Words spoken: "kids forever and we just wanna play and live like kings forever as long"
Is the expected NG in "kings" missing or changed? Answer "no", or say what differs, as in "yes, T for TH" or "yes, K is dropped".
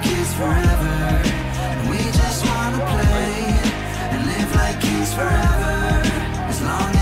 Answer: yes, NG is dropped